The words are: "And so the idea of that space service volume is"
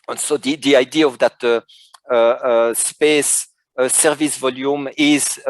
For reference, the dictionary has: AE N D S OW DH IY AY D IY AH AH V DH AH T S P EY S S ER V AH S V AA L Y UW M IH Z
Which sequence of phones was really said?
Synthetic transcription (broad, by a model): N S OW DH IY AY D IY AH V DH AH T S P EY S S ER V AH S V AA L Y UW M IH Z